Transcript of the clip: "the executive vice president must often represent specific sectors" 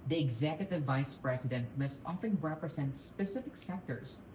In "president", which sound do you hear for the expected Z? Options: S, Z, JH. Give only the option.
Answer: S